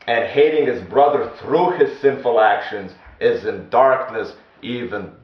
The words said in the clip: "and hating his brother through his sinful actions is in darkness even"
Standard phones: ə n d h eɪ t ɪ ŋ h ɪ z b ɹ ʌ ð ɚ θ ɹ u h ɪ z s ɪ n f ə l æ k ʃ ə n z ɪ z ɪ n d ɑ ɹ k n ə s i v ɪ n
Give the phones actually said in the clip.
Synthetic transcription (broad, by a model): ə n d h eɪ t ɪ ŋ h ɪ z b ɹ ʌ ð ɚ θ ɹ u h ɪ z s ɪ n f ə l æ k ʃ ə n z ɪ z ɪ n d ɑ ɹ k n ə s i v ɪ n